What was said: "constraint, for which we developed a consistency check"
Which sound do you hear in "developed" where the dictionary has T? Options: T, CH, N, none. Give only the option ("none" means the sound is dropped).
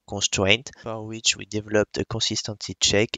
T